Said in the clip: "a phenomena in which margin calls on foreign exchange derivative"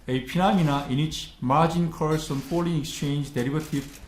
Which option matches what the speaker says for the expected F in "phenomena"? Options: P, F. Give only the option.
P